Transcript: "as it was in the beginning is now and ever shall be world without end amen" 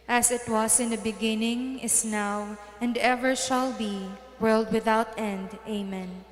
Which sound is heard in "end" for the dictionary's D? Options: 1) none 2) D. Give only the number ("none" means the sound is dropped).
2